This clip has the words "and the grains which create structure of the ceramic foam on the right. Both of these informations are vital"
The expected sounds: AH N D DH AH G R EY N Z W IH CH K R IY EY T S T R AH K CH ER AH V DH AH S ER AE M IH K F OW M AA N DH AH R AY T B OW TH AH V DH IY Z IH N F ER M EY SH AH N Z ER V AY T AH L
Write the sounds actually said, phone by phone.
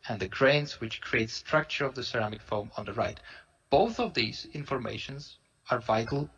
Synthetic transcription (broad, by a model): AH N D DH AH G R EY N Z W IH CH K R IY EY T S T R AH K CH ER AH V DH AH S ER AE M IH K F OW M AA N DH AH R AY T B OW TH AH V DH IY Z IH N F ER M EY SH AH N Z ER V AY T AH L